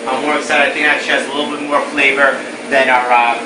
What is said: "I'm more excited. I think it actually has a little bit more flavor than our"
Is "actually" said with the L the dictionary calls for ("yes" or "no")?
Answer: no